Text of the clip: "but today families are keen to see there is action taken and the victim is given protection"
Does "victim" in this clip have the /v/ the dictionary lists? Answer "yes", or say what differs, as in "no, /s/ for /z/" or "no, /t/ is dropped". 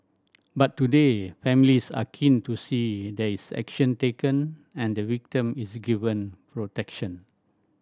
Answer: no, /w/ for /v/